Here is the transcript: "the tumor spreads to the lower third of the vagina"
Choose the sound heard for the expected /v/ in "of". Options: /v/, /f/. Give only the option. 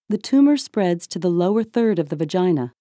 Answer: /v/